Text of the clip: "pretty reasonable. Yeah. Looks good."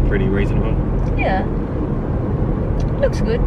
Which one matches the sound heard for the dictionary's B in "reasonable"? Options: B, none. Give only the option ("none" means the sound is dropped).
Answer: none